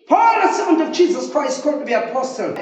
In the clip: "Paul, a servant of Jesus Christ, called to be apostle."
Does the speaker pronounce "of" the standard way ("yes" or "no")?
yes